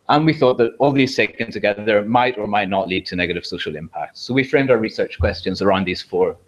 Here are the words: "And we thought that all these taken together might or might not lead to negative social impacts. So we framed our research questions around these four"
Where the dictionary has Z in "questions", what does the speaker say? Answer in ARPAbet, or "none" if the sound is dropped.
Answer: Z